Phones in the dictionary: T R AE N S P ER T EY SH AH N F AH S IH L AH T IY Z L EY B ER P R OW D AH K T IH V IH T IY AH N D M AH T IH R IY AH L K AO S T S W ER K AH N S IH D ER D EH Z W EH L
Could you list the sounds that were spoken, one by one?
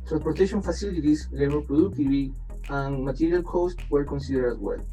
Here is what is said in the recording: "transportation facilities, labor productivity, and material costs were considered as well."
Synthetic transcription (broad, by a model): T R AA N S P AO T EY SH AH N F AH S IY L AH T IY S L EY ER P R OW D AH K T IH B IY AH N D M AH T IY R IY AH L K AO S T W ER K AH N S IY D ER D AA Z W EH L